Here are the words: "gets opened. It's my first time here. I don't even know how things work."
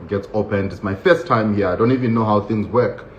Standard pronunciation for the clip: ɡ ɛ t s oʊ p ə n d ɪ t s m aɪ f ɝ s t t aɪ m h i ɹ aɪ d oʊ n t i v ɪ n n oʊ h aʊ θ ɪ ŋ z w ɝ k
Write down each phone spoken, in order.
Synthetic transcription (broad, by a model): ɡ ɛ t s oʊ p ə n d ɪ t s m aɪ f ɝ s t t aɪ m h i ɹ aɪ d oʊ n t i v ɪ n n oʊ h aʊ θ ɪ ŋ z w ɝ k